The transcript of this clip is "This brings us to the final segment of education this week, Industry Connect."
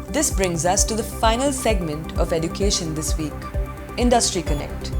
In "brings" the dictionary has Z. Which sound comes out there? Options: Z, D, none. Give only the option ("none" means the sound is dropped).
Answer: Z